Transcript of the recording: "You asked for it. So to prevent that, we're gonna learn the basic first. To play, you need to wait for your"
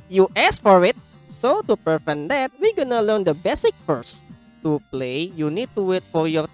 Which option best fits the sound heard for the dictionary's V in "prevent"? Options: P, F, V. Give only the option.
F